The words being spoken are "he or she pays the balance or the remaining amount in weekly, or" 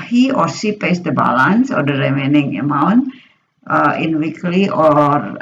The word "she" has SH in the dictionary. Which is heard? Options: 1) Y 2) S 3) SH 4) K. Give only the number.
2